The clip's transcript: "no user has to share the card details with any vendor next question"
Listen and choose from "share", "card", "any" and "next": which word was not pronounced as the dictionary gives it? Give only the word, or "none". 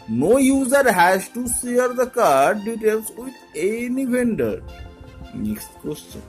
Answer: share